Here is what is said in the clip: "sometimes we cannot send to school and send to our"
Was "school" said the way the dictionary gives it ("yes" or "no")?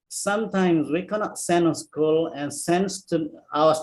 yes